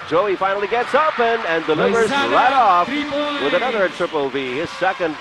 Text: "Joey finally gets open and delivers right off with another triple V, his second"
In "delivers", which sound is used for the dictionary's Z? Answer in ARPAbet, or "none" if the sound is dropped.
Z